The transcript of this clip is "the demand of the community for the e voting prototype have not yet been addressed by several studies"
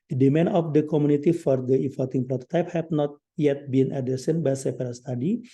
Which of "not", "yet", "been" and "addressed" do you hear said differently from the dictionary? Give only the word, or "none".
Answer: addressed